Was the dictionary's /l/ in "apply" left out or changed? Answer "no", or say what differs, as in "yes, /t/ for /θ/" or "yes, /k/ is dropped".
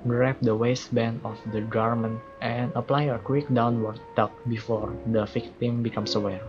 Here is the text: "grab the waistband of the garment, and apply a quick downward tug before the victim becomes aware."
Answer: no